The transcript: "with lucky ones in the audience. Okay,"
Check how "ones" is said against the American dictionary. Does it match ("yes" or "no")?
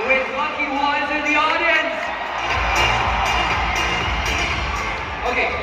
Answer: no